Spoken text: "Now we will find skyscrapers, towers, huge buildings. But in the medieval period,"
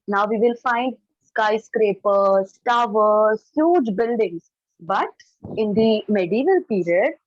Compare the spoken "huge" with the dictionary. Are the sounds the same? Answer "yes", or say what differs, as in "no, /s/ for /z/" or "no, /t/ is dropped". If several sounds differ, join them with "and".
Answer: yes